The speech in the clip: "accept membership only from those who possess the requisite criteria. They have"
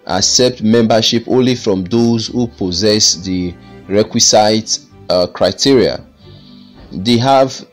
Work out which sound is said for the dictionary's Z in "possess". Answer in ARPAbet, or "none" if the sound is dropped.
Z